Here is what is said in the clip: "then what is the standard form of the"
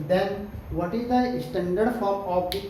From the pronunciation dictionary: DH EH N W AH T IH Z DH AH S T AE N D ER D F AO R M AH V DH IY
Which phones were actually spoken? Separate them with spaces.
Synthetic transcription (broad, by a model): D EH N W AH T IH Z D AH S T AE N D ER D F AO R AH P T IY